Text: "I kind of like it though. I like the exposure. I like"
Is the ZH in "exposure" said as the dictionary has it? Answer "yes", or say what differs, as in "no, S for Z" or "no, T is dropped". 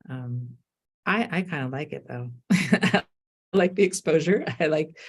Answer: yes